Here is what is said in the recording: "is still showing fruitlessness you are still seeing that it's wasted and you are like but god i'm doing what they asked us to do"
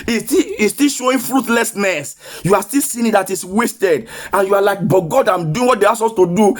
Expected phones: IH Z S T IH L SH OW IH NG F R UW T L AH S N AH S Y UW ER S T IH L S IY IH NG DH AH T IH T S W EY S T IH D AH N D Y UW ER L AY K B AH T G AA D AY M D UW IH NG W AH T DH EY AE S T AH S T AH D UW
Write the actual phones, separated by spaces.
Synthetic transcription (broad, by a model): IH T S T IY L SH OW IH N F R UW T L AH S N AH S Y UW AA S T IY L S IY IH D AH T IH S W EY S T IH D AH N Y UW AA L AY K B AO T G AA D AY M D UW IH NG W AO T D EY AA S AO S T AH D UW